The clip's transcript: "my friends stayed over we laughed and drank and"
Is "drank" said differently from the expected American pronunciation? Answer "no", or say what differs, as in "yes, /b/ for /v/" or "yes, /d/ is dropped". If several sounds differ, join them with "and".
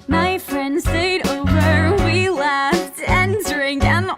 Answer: yes, /k/ is dropped